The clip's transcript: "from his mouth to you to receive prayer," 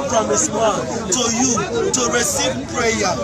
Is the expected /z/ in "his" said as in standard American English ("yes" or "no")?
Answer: no